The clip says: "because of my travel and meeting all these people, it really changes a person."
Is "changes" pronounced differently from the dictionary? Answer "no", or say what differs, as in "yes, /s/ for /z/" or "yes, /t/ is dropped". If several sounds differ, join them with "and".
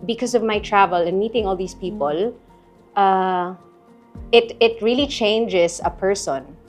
yes, /s/ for /z/